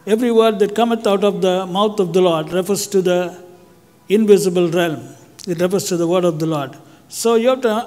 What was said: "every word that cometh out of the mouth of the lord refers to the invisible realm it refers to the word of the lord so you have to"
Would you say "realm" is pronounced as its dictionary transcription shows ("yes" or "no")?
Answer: yes